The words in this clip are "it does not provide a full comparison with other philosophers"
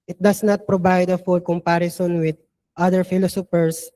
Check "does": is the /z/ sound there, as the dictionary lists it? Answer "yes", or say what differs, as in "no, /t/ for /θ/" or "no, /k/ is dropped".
no, /s/ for /z/